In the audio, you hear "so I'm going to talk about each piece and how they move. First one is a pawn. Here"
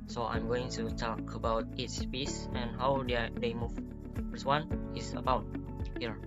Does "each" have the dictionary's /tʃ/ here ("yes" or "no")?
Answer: no